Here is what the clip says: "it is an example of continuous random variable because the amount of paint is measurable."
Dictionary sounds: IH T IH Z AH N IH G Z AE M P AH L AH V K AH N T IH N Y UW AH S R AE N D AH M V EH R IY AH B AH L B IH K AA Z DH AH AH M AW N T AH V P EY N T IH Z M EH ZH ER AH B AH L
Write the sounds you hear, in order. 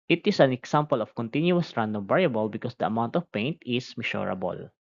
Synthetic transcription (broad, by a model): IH T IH S AH N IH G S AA M P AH L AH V K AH N T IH N Y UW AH S R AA N D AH M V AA R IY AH B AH L B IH K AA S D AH AH M AW N T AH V P EY N T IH S M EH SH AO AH B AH L